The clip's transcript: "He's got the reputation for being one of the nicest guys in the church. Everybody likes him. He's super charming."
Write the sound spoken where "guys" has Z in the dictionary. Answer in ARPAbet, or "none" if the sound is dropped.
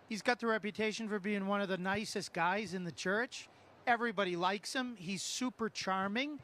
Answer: Z